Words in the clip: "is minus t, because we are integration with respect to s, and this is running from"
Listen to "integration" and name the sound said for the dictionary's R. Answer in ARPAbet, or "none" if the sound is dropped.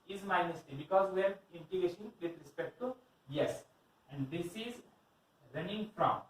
none